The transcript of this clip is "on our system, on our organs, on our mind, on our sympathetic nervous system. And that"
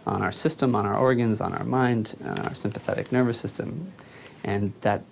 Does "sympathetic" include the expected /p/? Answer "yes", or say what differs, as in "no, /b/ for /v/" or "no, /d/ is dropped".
yes